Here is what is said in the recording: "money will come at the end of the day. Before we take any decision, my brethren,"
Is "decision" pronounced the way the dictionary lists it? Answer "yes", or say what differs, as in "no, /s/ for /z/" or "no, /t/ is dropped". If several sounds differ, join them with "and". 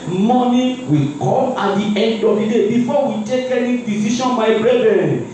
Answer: no, /ʃ/ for /ʒ/